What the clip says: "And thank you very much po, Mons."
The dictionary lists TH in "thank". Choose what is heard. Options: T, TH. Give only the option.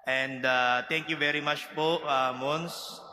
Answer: T